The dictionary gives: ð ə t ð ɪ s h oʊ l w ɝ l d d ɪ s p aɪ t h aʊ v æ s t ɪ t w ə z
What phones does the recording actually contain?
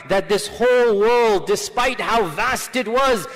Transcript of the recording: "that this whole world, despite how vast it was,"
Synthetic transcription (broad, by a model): ð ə t ð ɪ s h oʊ l w ɝ l d d ɪ s p aɪ t h aʊ v æ s t ɪ t w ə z